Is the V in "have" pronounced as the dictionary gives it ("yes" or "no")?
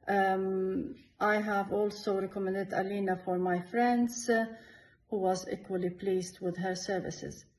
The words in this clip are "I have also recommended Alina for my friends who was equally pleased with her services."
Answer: yes